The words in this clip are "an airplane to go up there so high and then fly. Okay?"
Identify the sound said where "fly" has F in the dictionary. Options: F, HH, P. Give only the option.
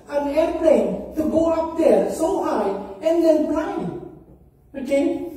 P